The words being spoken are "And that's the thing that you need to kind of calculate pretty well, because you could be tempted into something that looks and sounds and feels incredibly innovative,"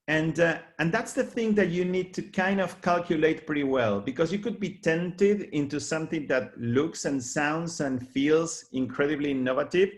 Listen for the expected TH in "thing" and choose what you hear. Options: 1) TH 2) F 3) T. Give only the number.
1